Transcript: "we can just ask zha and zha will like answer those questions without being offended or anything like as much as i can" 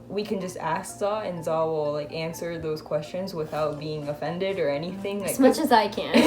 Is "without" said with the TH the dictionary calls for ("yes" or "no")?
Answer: yes